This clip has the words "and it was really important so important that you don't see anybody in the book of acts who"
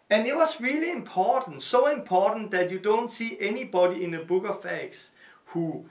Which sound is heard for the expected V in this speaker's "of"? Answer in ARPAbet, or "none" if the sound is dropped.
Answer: F